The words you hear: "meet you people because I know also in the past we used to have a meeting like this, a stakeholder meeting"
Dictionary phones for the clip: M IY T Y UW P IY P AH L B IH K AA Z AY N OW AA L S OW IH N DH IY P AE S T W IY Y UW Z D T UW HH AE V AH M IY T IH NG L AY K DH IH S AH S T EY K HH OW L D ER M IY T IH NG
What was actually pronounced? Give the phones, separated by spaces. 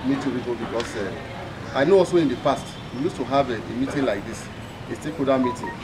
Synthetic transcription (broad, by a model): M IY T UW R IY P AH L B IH K AA S AY N OW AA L S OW IH N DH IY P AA S T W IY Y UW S T UW HH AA V AH M IY T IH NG L AY K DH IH S AH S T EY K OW D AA M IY T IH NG